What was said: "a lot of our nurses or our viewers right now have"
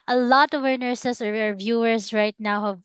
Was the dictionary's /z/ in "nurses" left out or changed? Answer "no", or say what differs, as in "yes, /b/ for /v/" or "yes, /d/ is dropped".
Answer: yes, /s/ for /z/